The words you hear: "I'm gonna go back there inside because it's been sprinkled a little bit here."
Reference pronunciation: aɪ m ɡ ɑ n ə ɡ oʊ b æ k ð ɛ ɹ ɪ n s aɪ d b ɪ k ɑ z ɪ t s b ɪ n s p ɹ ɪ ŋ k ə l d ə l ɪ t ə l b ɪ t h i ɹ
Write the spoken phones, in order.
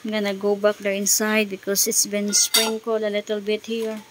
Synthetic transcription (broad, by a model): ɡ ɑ n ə ɡ oʊ b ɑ k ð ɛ ɹ ɪ n s aɪ d b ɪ k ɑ s ɪ t s b ɪ n s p ɹ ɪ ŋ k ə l ə l ɪ t ə l b ɪ t h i ɹ